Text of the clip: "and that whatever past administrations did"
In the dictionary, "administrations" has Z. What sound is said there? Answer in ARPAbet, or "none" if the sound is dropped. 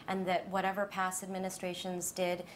Z